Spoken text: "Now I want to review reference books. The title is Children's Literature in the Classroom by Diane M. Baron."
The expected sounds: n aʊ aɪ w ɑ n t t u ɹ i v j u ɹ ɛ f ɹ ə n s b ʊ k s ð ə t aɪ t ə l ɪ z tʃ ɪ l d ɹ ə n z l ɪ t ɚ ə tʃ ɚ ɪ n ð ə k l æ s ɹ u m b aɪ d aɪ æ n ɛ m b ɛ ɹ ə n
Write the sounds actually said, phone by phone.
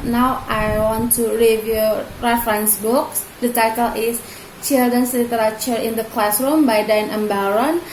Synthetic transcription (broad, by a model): n aʊ aɪ w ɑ n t t u ɹ i v j u ɹ ɛ f ɹ ə n s b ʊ k s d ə t aɪ t ə l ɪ s tʃ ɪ l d ə n s l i t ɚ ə tʃ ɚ ɪ n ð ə k l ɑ s ɹ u m b aɪ d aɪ n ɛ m b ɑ ɹ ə n